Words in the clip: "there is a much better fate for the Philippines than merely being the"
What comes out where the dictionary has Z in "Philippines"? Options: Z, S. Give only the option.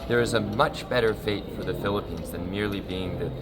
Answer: Z